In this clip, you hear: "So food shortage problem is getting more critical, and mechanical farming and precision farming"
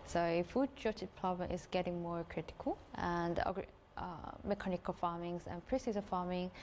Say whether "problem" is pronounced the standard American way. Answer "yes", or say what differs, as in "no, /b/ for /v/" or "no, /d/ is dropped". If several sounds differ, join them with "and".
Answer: no, /l/ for /ɹ/ and /l/ is dropped